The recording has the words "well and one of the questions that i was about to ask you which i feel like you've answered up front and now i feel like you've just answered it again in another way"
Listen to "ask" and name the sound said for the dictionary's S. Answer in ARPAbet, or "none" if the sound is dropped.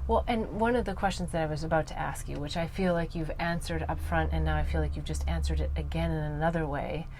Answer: S